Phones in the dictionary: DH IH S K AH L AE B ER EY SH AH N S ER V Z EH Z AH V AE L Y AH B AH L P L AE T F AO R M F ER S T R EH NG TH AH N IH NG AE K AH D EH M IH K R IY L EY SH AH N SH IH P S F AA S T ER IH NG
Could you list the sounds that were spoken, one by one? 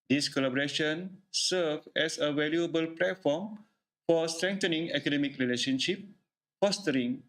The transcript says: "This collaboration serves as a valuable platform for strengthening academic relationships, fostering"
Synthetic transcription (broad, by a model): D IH S K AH L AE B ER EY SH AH N S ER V EH S AH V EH L Y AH B AH L P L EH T F AO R M F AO S T R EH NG T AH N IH NG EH K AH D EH M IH K R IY L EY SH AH N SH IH P F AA S T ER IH NG